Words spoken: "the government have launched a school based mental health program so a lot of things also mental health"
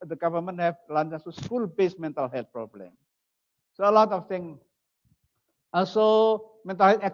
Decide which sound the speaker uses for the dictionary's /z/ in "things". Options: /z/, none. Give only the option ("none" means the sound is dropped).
none